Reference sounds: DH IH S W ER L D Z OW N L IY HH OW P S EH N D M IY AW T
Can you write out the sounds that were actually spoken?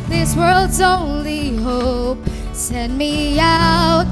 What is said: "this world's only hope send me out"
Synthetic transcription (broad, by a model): DH IH S W ER L D Z OW N L IY HH OW P S EH N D M IY AW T